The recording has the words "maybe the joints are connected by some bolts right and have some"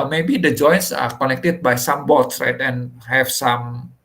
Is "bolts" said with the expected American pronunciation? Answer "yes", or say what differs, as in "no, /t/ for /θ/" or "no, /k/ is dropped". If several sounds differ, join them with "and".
no, /l/ is dropped